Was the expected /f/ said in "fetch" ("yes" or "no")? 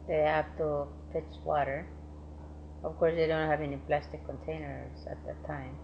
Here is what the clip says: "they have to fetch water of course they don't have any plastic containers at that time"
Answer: no